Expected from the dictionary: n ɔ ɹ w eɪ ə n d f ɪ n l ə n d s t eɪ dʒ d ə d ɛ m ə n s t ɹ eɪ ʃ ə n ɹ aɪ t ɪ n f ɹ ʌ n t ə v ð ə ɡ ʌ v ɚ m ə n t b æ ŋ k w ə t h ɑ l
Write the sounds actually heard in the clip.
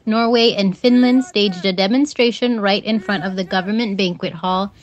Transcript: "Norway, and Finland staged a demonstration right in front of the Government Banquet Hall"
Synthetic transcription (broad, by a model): n ɔ ɹ w eɪ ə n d f ɪ n l ə n d s t eɪ dʒ d ə d ɛ m ə n s t ɹ eɪ ʃ ə n ɹ aɪ t ɪ n f ɹ ʌ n t ə v ð ə ɡ ʌ v ɚ m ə n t b æ ŋ k w ə t h ɑ l